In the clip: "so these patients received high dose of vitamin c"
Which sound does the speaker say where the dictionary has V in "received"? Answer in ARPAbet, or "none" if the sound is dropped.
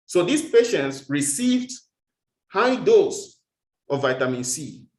V